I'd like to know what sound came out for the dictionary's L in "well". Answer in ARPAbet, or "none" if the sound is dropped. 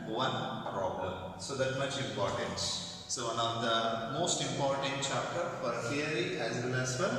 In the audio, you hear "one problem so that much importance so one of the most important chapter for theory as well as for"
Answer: N